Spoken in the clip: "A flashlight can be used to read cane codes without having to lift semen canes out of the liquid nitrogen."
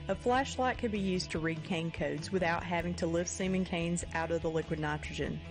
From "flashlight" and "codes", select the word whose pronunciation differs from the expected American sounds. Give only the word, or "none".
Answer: none